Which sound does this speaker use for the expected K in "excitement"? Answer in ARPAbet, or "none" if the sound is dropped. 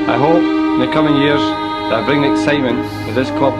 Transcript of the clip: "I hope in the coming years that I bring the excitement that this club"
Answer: K